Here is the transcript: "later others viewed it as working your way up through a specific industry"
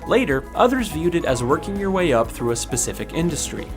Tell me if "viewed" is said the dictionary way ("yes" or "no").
yes